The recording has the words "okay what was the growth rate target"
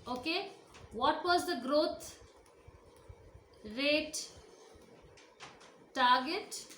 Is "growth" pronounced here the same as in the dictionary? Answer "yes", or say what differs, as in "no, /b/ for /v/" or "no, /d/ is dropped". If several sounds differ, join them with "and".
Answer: no, /t/ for /θ/